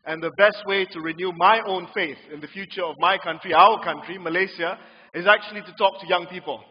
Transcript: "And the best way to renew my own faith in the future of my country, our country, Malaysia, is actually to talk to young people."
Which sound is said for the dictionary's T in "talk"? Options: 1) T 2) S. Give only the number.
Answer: 1